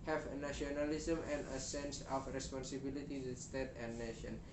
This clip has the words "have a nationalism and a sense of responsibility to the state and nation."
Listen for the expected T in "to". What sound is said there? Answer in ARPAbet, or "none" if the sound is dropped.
S